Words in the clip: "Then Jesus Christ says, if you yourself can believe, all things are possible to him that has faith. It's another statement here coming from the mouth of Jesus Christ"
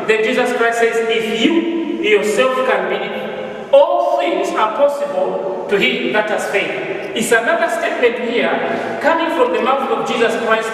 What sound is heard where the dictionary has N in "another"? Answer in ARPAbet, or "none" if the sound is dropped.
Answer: N